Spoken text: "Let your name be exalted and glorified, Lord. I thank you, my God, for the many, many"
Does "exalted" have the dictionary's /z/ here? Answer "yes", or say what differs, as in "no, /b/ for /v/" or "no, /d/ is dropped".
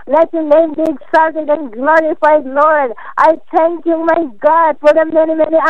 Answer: no, /s/ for /z/